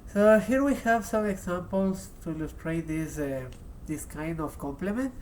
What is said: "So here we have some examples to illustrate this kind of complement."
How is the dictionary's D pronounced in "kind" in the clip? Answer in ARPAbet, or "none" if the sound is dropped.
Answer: D